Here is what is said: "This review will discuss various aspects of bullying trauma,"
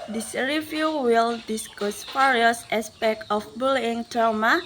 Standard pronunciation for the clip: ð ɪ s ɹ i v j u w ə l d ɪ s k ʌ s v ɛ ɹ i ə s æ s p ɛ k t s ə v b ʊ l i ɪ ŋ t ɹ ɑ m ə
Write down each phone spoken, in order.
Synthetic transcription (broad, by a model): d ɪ s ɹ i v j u w ə l d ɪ s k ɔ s f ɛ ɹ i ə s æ s p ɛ k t ə f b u l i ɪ ŋ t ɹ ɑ m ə